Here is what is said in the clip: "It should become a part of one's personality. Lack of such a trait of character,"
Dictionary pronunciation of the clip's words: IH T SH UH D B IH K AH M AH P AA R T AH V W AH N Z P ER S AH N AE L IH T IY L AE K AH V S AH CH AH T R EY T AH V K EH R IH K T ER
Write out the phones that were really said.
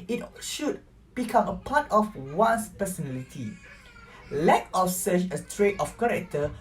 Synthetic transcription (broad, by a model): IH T SH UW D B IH K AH M AH P AA T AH F W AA N S P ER S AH N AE L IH T IY L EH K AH F S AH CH AH T R EY T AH F K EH R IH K T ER